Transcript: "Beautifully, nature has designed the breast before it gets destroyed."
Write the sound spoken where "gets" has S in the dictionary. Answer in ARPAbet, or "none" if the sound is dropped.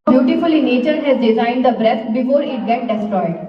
none